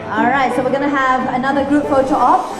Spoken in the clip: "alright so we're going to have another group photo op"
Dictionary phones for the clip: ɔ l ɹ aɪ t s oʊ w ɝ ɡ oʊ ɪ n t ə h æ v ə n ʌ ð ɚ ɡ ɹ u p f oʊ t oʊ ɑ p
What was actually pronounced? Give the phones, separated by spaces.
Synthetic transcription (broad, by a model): ɔ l ɹ aɪ t s oʊ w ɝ ɡ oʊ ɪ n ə h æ v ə n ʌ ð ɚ ɡ ɹ u p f oʊ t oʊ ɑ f